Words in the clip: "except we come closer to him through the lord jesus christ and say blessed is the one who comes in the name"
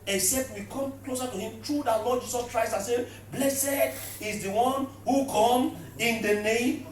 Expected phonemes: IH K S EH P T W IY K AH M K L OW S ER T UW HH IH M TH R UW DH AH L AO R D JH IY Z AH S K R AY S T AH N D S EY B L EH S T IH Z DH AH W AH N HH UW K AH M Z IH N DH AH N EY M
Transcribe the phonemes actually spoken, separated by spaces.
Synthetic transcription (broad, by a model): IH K S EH P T W IY K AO M K L OW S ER T UW HH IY M T R UW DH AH L AO D JH IY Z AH S K R AY S T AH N S EY B L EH S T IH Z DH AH W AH N HH UW K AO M IH N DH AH N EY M